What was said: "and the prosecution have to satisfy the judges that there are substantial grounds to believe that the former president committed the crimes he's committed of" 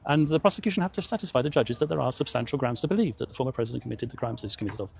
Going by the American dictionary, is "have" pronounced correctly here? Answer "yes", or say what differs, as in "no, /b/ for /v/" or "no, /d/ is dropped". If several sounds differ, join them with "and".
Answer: no, /f/ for /v/